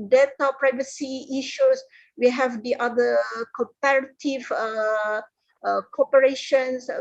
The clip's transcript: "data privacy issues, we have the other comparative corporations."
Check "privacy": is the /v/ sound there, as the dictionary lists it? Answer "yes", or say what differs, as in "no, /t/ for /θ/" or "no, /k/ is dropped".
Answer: yes